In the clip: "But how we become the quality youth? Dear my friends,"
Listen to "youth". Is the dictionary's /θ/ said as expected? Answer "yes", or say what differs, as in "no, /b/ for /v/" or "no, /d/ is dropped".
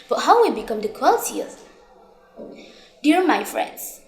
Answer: no, /s/ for /θ/